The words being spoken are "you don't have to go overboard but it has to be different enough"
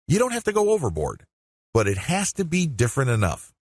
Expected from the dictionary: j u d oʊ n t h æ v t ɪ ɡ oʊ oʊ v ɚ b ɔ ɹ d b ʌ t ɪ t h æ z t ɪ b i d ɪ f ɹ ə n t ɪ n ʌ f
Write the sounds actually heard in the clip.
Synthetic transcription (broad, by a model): j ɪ d oʊ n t h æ f t ɪ ɡ oʊ oʊ v ɚ b ɔ ɹ d b ʌ t ɪ t h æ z t ɪ b i d ɪ f ɹ ə n t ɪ n ʌ f